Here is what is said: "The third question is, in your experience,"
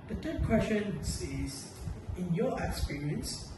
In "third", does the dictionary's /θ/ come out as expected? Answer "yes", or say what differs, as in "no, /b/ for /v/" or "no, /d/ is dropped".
no, /t/ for /θ/